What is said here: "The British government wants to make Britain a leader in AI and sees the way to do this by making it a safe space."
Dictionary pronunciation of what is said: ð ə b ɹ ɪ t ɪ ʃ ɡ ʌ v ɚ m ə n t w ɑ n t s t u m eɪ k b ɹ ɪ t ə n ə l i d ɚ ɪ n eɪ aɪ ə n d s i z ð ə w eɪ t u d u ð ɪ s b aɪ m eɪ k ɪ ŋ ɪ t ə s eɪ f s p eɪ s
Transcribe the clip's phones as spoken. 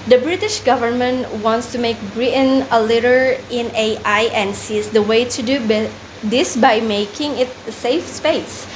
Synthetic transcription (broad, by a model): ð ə b ɹ ɪ t ɪ ʃ ɡ ʌ v ɚ m ə n t w ɑ n t s t u m eɪ k b ɹ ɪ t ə n ə l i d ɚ ɪ n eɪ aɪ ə n s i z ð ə w eɪ t u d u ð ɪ s b aɪ m eɪ k ɪ ŋ ɪ t s eɪ f s p eɪ s